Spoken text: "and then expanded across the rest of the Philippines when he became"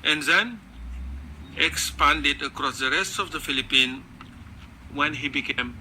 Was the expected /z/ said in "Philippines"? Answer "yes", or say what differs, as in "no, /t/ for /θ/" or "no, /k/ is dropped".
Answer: no, /z/ is dropped